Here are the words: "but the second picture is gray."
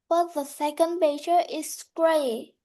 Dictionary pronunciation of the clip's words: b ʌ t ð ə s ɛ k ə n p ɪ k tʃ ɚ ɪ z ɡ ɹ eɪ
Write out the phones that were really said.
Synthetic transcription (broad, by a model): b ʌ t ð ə s ɛ k ə n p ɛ tʃ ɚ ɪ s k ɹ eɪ